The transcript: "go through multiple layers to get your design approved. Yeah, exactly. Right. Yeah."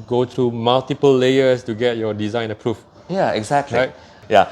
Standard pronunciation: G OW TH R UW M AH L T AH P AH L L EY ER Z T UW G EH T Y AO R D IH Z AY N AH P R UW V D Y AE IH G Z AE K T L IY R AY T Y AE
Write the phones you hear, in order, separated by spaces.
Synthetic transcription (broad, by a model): G OW T R UW M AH L T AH P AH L L EY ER S T UW G EH T Y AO D IH Z AY N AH P R UW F Y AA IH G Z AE K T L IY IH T Y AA